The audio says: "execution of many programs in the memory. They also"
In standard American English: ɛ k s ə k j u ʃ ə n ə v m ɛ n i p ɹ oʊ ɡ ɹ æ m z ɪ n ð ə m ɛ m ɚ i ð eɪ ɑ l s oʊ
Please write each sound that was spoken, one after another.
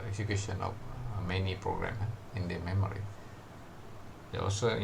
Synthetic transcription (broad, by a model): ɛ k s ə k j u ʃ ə n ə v m ɛ n i p ɹ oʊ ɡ ɹ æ m ɪ n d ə m ɛ m ɚ i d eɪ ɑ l s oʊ